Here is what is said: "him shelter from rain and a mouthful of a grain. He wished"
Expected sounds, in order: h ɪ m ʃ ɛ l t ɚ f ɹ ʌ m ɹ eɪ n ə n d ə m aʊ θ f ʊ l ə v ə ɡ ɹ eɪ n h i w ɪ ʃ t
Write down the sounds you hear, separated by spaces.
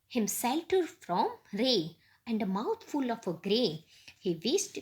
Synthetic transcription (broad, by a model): h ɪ m s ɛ l t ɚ f ɹ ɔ m ɹ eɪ ə n d ə m aʊ t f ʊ l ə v ə ɡ ɹ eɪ h i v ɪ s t